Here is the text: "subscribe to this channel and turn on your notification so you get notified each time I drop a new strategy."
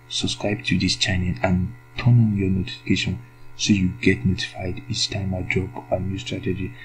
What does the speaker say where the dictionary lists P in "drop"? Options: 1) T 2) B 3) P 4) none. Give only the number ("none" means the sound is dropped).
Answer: 2